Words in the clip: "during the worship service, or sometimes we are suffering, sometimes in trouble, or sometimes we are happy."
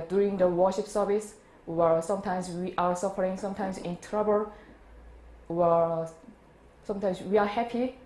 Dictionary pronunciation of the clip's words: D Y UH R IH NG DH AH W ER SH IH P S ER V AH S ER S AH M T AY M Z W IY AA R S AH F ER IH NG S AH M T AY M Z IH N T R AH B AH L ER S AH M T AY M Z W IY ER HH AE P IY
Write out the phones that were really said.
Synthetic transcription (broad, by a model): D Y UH R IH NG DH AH W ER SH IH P S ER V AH S ER S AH M T AY M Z W IY AA R S AH F ER IH NG S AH M T AY M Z IH N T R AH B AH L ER S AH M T AY M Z W IY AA HH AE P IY